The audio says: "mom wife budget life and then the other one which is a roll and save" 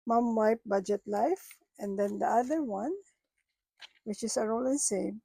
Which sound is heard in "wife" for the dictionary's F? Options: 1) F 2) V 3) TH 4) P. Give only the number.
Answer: 4